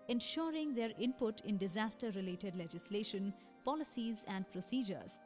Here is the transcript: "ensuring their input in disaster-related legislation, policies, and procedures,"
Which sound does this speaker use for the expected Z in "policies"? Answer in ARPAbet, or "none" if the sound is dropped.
Z